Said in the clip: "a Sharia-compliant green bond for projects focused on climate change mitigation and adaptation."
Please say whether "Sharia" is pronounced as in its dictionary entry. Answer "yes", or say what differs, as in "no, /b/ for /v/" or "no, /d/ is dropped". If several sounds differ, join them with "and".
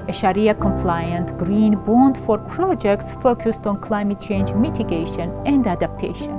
yes